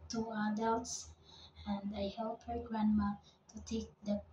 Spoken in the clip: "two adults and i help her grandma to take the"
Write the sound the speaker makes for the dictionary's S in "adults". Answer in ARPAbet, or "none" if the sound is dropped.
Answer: S